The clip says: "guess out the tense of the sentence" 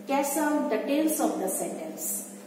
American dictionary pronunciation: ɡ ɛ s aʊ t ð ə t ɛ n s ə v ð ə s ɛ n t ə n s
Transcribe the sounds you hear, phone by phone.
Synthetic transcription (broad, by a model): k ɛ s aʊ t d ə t ɛ l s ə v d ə s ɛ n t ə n s